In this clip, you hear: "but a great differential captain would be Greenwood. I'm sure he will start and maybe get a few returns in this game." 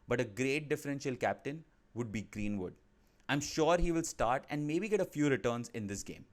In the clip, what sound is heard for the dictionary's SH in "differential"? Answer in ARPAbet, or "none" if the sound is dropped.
SH